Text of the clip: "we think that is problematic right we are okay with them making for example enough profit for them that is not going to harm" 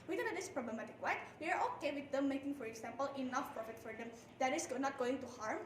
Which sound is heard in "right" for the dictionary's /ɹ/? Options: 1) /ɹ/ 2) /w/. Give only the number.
2